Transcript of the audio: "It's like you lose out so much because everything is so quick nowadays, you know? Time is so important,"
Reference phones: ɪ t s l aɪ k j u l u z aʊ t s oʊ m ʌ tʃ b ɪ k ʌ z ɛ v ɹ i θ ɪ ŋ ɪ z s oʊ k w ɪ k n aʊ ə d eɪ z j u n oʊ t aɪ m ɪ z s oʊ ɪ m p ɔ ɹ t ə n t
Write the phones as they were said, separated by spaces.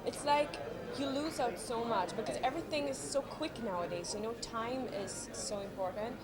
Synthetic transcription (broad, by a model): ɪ t s l aɪ k j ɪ l u z aʊ t s oʊ m ʌ tʃ b ɪ k ʌ z ɛ v ɹ i θ ɪ ŋ ɪ z s oʊ k w ɪ k n aʊ ə d eɪ z j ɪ n oʊ t aɪ m ɪ z s oʊ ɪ m p ɔ ɹ t n t